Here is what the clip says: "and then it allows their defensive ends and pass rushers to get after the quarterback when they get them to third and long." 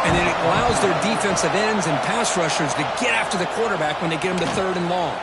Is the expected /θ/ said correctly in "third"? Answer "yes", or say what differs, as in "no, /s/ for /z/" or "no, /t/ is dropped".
yes